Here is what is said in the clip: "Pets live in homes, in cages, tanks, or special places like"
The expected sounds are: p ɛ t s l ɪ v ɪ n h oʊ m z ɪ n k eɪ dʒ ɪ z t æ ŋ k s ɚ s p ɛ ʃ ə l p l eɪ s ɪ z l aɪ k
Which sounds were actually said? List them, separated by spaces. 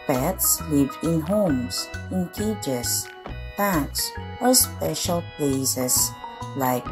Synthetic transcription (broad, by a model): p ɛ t s l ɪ v ɪ n h oʊ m s ɪ n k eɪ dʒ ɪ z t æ k s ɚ s p ɛ ʃ ə l p l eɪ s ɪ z l aɪ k